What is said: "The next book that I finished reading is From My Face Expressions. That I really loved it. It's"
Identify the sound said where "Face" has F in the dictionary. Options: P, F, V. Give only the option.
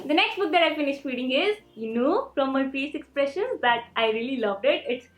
P